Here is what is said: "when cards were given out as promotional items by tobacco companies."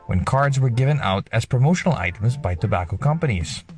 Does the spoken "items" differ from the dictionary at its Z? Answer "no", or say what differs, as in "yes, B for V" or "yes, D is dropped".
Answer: no